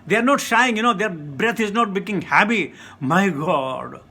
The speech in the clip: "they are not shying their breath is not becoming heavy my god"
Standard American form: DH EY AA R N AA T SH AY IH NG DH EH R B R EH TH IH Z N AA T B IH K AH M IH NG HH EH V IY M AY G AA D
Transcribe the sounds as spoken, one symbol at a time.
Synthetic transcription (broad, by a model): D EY AA R N AA T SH AY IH NG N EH R B R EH T IH Z N AA T B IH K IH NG HH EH P IY M AY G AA D